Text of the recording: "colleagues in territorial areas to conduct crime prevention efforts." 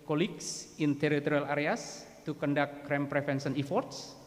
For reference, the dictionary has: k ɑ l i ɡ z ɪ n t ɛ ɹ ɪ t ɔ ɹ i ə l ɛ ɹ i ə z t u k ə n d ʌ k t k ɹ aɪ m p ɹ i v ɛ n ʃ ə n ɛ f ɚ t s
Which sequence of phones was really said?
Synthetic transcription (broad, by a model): k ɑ l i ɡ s ɪ n t ɛ ɹ ɪ t ɔ ɹ i ə l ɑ ɹ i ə s t u k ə n d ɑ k k ɹ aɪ m p ɹ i f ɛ n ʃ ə n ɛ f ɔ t s